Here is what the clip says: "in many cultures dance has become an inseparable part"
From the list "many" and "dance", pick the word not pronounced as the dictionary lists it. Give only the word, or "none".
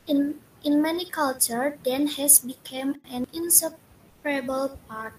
dance